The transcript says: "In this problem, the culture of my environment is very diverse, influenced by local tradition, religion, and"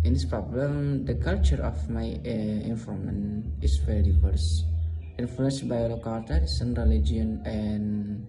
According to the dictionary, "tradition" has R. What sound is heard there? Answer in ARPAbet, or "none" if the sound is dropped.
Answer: none